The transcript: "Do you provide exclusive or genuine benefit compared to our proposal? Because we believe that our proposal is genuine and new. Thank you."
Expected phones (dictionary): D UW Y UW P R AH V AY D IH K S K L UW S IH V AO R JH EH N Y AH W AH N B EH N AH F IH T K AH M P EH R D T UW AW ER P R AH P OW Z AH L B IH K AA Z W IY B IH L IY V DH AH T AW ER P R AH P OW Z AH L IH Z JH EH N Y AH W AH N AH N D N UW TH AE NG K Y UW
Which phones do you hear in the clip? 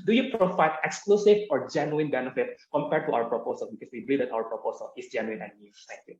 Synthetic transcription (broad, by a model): D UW Y UW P R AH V AY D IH K S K L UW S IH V AO R JH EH N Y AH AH N B EH N AH F IH T K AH M P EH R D T UW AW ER P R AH P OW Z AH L B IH K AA S W IY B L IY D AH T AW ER P R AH P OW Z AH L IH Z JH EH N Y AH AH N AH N N UW S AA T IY